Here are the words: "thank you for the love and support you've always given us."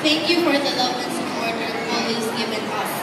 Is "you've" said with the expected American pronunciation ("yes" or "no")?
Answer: no